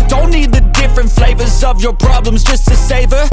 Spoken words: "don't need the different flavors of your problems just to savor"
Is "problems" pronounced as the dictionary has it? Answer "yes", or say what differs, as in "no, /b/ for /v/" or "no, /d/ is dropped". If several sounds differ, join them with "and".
yes